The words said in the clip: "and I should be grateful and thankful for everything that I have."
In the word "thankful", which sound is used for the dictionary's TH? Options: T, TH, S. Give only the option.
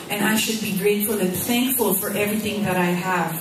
TH